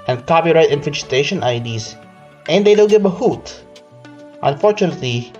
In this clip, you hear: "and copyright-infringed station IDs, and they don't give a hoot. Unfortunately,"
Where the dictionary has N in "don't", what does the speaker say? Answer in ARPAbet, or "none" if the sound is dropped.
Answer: L